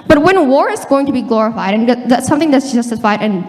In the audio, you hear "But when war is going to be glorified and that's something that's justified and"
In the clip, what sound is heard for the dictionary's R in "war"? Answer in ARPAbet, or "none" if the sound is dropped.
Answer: R